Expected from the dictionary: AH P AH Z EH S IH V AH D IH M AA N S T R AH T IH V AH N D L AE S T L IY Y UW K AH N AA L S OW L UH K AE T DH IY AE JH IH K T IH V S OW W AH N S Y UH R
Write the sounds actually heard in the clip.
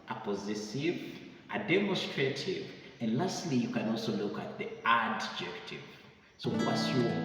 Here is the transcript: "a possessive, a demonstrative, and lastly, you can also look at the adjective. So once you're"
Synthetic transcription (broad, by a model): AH P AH Z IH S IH V AH D IH M AA N S T R AH T IH V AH N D L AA S T L IY Y UW K AH N AA L S OW L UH K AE T DH IY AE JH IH K T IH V S OW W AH S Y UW